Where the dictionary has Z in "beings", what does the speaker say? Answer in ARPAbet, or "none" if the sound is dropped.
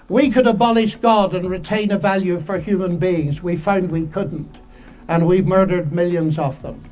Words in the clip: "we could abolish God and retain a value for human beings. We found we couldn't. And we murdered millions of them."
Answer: Z